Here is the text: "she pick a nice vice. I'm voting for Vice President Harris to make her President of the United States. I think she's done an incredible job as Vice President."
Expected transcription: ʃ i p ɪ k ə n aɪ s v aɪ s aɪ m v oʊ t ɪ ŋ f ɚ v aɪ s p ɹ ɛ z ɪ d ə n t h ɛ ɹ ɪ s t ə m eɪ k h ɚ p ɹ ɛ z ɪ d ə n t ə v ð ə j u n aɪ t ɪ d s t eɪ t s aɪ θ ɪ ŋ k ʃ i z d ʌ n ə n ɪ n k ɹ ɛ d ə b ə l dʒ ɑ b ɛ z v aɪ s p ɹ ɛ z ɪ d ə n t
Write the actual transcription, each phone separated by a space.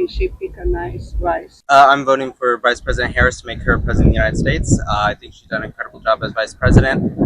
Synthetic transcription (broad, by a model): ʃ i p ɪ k ə n aɪ s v aɪ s aɪ m v oʊ t ɪ ŋ f ɚ v aɪ s p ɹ ɛ z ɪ d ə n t h ɛ ɹ ɪ s t ə m eɪ k h ɚ p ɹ ɛ z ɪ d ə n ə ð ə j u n aɪ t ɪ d s t eɪ t s aɪ θ ɪ ŋ k ʃ i z d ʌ ə n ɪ k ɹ ɛ d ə b l dʒ ɑ b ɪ z v aɪ s p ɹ ɛ z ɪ d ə n t